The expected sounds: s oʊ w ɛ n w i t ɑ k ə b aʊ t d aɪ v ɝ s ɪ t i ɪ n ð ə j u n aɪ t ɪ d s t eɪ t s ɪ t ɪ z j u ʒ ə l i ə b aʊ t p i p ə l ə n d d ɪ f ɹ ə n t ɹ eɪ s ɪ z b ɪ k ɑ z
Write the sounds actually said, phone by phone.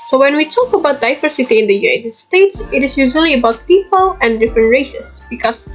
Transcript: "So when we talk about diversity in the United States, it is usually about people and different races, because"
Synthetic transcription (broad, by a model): s oʊ w ɛ n w i t ɑ k ə b aʊ t d aɪ v ɝ s ɪ t i ɪ n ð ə j u n aɪ t ɪ d s t eɪ t s ɪ t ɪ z j u ʒ ə l i ə b aʊ t p i p ə l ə n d d ɪ f ɹ ə n t ɹ eɪ s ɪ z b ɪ k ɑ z